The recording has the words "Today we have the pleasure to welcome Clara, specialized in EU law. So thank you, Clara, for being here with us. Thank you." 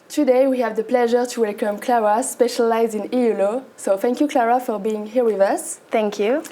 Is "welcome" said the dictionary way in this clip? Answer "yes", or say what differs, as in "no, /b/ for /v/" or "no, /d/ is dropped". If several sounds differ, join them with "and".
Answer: yes